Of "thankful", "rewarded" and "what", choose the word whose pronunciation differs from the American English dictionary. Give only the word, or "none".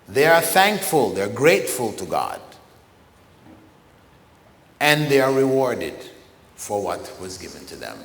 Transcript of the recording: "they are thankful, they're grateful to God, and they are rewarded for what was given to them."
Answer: none